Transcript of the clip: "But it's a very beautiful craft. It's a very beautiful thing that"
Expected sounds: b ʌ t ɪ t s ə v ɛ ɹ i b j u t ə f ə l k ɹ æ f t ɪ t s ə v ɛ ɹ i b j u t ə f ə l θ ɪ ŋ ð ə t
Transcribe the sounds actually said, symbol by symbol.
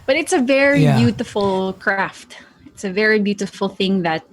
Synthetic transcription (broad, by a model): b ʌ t ɪ t s ə v ɛ ɹ i b j u t ə f ə l k ɹ æ f t ɪ t s ə v ɛ ɹ i b j u t ə f ə l θ ɪ ŋ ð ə t